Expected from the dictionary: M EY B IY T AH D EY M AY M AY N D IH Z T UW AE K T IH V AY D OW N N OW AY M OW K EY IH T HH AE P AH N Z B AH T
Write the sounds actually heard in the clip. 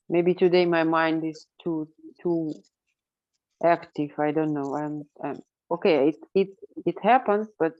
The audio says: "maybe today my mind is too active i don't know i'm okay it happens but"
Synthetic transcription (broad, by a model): M EY B IY T AH D EY M AY M AY N D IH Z T UW AE K T IH V AY D OW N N OW AY M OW K EY IH T HH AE P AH N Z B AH T